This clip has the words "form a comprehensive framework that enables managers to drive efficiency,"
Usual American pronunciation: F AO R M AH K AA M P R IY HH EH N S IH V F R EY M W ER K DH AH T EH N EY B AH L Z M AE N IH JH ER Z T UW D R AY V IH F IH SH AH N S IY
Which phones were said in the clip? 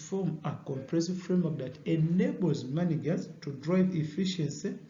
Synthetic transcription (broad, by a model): F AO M AH K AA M P R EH S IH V F R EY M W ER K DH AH T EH N EY B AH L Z M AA N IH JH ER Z T UW D R AY V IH F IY SH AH N S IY